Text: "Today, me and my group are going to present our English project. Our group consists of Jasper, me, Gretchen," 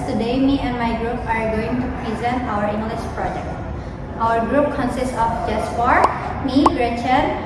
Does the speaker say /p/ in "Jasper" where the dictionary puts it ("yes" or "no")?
no